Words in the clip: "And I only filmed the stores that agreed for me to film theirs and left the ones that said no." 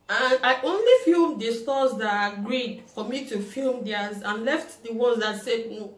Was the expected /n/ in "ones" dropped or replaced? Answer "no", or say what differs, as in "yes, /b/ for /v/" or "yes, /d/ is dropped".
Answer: yes, /n/ is dropped